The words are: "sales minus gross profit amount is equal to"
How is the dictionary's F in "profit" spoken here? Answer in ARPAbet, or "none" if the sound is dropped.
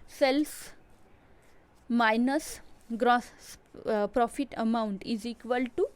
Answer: F